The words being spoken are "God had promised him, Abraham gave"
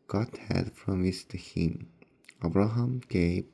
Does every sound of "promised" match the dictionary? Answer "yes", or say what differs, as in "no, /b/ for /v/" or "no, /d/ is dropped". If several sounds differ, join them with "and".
no, /f/ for /p/